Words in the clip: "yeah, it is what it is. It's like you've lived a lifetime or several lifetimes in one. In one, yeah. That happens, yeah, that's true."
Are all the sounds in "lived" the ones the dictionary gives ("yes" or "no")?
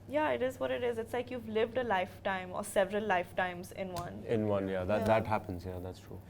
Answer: yes